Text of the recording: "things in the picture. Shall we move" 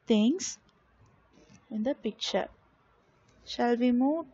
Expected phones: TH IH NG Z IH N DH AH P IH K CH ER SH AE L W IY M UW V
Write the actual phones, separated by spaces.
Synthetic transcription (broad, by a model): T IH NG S IH N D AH P IH K CH ER SH AE L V IY M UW